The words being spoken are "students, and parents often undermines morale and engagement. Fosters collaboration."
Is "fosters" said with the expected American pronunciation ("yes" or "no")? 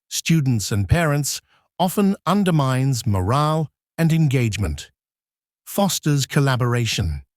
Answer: yes